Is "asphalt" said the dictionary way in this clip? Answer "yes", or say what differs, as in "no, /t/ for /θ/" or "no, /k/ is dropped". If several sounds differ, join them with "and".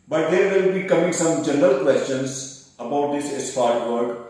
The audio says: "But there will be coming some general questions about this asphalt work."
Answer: no, /l/ is dropped